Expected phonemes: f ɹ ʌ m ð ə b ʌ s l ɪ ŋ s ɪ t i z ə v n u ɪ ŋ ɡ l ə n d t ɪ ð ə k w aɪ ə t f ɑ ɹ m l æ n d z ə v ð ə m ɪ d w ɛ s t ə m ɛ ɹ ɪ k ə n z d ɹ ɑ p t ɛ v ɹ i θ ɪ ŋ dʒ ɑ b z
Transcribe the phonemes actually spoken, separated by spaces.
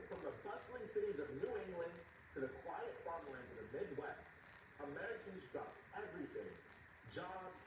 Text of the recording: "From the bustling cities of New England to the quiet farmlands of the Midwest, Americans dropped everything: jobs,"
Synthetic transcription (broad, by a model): f ɹ ʌ m ð ə b ʌ s l ɪ ŋ s ɪ t i z ə v n u ɪ ŋ ɡ l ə n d t ɪ ð ə k w aɪ ə t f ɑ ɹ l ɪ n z ə v ð ə m ɪ d w ɛ s t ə m ɛ ɹ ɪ k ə n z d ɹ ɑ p ɛ v ɹ i θ ɪ ŋ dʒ ɑ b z